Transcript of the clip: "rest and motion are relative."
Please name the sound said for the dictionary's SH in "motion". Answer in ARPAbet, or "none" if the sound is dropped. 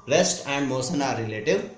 S